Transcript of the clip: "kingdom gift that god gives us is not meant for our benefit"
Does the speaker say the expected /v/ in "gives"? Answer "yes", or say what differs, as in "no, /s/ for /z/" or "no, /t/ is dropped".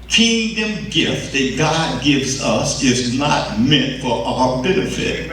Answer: yes